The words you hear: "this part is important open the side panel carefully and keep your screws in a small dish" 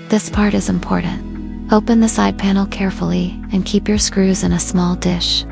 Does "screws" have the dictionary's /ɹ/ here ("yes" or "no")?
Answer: yes